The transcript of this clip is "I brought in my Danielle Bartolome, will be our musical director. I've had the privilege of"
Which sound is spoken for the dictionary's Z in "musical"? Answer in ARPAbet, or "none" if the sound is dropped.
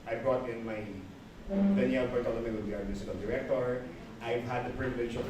S